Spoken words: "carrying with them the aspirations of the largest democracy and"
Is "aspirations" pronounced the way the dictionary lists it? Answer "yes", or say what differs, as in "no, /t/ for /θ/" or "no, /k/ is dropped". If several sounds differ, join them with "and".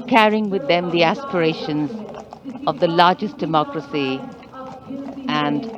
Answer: yes